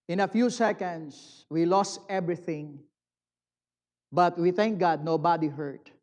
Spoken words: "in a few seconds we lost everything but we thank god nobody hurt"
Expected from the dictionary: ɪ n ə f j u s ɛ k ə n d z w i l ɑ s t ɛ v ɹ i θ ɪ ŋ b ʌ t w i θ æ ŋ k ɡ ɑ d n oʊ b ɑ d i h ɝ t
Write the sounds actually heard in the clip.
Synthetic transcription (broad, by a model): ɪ n ə f j u s ɛ k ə n d s w i l ɑ s t ɛ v ɹ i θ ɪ ŋ b ʌ t w i θ æ ŋ k ɡ ɑ d n oʊ b ɑ d i h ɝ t